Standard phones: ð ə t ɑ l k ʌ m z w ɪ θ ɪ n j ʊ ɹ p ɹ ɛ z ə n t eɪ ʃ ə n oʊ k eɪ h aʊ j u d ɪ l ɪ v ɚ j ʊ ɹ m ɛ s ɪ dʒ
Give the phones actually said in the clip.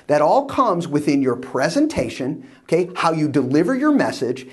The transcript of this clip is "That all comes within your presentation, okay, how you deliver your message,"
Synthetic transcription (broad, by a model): ð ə t ɑ l k ʌ m z w ɪ θ ɪ n j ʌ ɹ p ɹ ɛ z ə n t eɪ ʃ ə n oʊ k eɪ h aʊ j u d ɪ l ɪ v ɚ j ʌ ɹ m ɛ s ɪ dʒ